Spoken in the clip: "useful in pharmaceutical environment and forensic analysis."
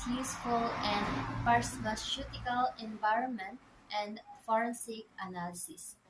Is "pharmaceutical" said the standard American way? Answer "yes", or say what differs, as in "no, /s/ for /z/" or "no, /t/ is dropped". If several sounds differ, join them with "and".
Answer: no, /p/ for /f/